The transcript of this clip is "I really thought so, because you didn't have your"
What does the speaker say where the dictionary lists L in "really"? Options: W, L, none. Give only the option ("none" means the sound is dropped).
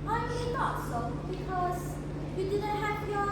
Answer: none